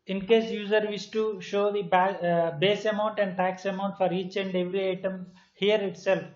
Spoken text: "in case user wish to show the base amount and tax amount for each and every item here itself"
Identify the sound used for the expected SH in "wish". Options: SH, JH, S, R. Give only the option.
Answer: S